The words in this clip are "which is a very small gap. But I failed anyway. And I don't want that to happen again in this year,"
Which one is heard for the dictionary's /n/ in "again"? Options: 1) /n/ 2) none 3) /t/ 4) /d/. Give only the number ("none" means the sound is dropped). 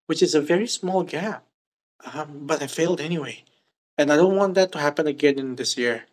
1